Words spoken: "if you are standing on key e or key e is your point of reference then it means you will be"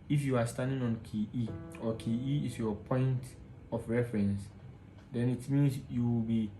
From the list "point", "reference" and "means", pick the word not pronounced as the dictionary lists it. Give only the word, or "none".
means